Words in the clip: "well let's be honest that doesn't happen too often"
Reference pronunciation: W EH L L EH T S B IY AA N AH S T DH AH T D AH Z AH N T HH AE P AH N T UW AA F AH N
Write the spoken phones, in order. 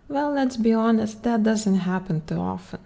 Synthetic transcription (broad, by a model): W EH L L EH T S B IY AA N AH S T DH AH T D AH Z AH N T HH AE P AH N T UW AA F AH N